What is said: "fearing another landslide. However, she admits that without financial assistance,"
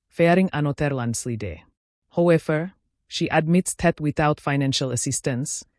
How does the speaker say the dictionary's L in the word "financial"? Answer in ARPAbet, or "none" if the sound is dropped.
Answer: L